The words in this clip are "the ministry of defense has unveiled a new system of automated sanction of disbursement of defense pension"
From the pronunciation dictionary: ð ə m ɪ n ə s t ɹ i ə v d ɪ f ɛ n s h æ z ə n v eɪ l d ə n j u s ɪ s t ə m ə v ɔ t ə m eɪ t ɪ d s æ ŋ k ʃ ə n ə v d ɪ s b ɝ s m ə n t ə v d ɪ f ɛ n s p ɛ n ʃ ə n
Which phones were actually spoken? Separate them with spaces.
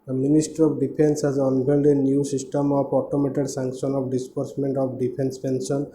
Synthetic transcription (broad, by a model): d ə m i n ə s t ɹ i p d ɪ p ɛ n s h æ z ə n b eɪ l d ə n j u s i s t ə m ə p ɔ t ə m eɪ t ɪ d s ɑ ŋ k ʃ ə n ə p d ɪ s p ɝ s m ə n t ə p d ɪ p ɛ n s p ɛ n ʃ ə n